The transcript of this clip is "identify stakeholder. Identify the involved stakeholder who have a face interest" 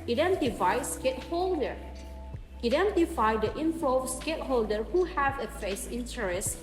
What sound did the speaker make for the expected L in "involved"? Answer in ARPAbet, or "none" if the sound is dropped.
none